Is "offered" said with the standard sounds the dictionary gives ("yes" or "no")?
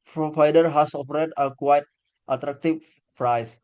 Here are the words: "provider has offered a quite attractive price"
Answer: no